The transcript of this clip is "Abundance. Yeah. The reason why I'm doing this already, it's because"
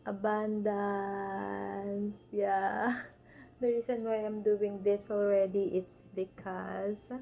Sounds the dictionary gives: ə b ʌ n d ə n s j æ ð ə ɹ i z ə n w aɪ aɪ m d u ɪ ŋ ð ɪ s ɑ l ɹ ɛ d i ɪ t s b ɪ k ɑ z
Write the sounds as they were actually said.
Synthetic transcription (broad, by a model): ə b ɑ n d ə n s j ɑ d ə ɹ i s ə n w aɪ aɪ m d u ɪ ŋ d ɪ s ɑ l ɹ ɛ d i ɪ t s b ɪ k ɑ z